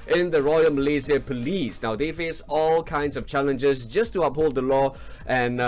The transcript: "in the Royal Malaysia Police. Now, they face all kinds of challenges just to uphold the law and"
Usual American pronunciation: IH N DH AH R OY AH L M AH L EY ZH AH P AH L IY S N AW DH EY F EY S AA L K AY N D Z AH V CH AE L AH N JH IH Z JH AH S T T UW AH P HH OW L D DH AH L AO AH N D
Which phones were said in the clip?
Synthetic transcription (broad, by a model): IH N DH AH R OY AH L M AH L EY Z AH P AH L IY S N AW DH EY F EY S AA L K AY N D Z AH V CH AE L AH N JH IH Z JH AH S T T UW AH P HH OW L D DH AH L AO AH N